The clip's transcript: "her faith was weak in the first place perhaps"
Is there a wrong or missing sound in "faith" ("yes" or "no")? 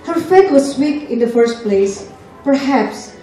yes